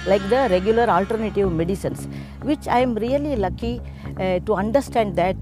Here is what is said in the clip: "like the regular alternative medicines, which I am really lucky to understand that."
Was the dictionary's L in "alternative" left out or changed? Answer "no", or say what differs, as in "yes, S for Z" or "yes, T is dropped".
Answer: no